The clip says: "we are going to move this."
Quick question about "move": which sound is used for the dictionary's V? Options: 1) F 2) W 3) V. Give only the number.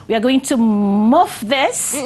1